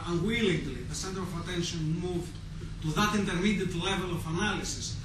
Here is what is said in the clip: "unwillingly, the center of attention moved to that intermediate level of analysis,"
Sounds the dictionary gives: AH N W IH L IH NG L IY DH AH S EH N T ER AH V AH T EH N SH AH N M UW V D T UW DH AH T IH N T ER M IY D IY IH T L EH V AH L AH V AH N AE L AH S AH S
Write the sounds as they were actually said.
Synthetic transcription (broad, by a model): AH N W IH L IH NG L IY DH AH S EH N T ER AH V AH T EH N SH AH N M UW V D T UW DH AH T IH N T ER M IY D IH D L EH V AH L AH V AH N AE L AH S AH S